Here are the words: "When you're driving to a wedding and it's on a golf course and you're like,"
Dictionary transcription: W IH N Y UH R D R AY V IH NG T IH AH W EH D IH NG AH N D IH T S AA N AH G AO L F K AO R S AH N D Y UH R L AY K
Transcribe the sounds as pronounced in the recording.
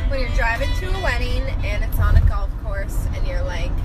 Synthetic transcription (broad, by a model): W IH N Y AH R D R AY V IH NG T IH AH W EH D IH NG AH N IH T S N AH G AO L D K AO R S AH N Y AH R L AY K